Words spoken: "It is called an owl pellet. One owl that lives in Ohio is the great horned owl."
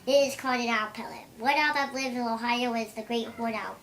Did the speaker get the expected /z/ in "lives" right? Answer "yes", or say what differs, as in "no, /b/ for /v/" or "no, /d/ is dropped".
no, /z/ is dropped